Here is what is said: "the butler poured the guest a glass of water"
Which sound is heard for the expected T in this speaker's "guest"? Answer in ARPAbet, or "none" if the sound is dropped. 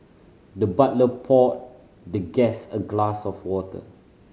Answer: none